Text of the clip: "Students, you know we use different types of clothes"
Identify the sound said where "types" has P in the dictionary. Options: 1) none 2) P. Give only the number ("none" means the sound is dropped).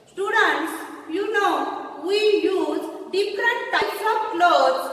1